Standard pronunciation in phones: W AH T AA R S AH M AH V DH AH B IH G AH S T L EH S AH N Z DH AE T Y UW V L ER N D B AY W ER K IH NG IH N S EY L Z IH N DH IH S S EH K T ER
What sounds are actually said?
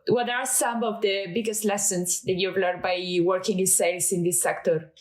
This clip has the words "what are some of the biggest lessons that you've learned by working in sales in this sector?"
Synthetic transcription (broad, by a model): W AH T AA R S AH M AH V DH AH B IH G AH S T L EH S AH N S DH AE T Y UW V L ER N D B AY W ER K IH NG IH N S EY L S IH N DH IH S S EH K T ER